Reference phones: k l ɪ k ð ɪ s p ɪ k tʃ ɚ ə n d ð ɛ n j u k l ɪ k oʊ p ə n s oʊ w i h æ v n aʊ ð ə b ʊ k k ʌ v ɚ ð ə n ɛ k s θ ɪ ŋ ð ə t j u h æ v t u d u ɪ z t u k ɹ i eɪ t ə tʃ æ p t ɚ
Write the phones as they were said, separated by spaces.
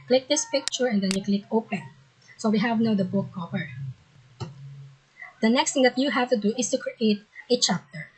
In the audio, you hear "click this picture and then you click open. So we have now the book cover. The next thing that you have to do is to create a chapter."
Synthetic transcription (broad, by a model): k l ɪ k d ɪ s p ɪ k tʃ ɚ ə n d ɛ n j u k l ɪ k oʊ p ə n s oʊ w i h æ v n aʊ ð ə b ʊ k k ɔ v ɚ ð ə n ɛ k s t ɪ ŋ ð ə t j u h æ v t u d u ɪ s t u k ɹ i eɪ t ə tʃ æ p t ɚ